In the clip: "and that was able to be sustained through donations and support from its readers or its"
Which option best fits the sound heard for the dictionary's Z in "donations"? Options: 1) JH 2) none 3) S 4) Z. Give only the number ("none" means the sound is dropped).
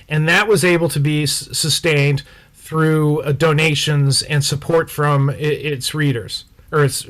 4